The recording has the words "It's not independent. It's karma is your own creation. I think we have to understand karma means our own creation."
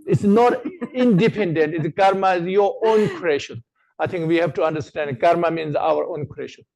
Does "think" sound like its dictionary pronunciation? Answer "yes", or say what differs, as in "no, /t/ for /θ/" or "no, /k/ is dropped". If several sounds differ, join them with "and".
no, /t/ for /θ/